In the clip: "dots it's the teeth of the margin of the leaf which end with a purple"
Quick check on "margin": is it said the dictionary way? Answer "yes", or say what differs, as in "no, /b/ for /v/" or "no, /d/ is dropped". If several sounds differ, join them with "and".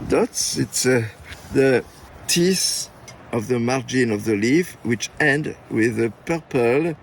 yes